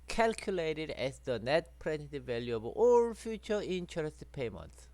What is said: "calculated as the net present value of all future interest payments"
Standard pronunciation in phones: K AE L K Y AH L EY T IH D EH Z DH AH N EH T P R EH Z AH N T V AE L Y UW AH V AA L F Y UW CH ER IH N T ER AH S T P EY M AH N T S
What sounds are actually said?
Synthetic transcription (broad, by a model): K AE L K Y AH L EY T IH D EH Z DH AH N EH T P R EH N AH T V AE L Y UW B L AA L F Y UW CH ER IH N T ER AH S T P EY M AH N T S